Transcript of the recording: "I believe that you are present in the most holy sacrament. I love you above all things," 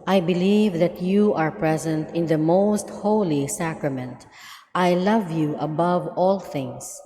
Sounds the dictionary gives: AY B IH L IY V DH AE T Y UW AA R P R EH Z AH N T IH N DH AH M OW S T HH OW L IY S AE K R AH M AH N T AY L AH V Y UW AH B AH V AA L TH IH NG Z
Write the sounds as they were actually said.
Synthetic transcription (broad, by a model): AY B IH L IY V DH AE T Y UW AA R P R EH Z AH N T IH N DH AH M OW S T HH OW L IY S AE K R AH M AH N T AY L AH V Y UW AH B AH V AA L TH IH NG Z